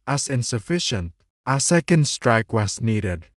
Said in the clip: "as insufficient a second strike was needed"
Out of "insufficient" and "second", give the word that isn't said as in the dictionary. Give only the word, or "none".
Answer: none